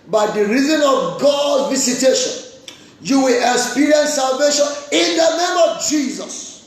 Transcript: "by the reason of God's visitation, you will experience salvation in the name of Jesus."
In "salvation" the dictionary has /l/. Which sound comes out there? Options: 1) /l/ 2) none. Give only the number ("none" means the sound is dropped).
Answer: 1